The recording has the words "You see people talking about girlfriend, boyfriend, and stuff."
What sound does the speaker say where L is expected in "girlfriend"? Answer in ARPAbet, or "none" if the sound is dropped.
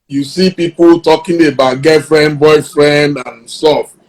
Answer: none